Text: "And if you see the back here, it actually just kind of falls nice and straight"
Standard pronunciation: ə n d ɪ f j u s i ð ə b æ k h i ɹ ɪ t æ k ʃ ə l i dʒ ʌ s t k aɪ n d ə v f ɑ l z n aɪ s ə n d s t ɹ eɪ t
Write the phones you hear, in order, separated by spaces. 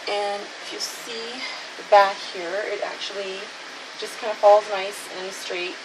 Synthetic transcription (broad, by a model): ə n ɪ f j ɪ s i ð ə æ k h i ɹ ɪ t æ k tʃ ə l i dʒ ʌ s k aɪ n d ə f ɑ l z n aɪ s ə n s t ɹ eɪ t